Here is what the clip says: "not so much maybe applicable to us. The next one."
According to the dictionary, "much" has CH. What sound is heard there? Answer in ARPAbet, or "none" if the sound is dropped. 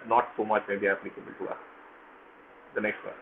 CH